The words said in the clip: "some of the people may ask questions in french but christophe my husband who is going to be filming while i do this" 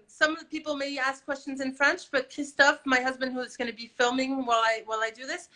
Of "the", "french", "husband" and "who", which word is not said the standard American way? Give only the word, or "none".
none